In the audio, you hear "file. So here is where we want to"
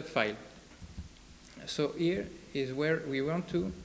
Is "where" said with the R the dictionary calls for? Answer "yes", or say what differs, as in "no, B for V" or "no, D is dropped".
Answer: yes